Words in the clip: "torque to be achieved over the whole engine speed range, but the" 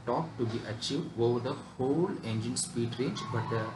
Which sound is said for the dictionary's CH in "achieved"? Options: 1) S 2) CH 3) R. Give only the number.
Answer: 2